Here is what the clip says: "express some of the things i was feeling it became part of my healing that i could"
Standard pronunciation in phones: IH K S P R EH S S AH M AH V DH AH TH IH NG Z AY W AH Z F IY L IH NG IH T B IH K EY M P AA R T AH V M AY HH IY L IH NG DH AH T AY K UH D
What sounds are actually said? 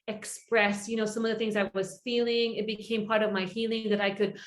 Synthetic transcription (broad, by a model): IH K S P R EH S S AH M AH V DH AH TH IH NG Z AY W AH Z F IY L IH NG IH T B IH K EY M P AA R T AH V M AY HH IY L IH NG DH AH T AY K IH D